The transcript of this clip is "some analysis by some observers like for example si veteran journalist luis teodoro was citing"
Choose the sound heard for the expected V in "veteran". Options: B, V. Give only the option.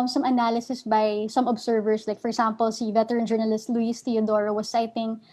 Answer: V